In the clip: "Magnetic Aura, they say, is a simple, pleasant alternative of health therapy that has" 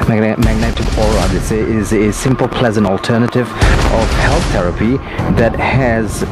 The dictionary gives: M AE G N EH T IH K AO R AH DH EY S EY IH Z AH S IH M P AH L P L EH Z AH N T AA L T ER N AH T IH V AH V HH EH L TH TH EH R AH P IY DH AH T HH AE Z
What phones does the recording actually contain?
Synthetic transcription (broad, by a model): M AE G N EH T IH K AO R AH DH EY S EY IH Z AH S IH M P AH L P L EH Z AH N T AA L T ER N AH T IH V AH V HH EH L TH TH EH R AH P IY DH AH T HH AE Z